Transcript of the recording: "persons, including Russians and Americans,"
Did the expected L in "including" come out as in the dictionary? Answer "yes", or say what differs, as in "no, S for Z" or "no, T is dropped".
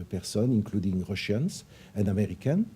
yes